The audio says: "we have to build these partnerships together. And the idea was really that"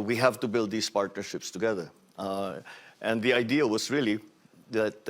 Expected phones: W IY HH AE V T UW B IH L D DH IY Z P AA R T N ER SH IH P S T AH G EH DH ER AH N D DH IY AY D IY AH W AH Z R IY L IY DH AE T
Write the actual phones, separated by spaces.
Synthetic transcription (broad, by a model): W IY HH AE V T UW B IH L D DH IY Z P AA R T N ER SH IH P S T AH G EH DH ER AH N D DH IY AY D IY AH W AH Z R IY L IY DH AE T